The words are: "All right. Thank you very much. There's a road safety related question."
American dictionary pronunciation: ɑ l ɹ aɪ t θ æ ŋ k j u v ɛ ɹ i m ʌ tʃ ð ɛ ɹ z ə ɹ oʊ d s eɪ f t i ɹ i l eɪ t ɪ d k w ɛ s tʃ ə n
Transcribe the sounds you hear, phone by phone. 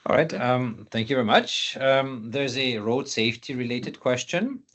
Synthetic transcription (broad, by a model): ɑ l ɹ aɪ t θ æ ŋ k j u v ɛ ɹ i m ʌ tʃ ð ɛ ɹ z ə ɹ oʊ d s eɪ f t i ɹ i l eɪ t ɪ d k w ɛ s tʃ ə n